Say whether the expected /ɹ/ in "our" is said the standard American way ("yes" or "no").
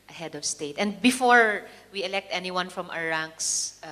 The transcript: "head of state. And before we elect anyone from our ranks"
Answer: no